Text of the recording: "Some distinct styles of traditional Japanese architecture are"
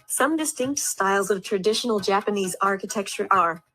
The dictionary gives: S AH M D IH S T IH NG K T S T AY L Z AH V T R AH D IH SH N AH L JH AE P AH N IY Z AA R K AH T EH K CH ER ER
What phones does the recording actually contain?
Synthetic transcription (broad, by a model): S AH M D IH S T IH NG K T S T AY L Z AH V T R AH D IH SH N L JH AE P AH N IY Z AA R K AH T EH K CH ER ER